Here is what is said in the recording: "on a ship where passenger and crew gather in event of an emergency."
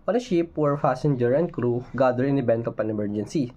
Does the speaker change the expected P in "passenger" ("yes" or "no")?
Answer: yes